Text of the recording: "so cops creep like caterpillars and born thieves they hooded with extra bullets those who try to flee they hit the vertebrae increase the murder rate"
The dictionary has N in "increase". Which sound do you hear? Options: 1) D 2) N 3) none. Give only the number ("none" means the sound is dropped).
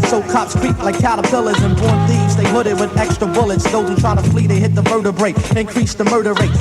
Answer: 2